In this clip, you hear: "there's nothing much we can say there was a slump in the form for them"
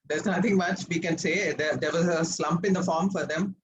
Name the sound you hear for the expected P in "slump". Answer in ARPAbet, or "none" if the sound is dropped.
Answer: P